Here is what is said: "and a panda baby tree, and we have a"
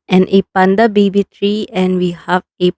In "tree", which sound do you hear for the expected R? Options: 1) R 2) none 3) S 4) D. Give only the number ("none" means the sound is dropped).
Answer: 1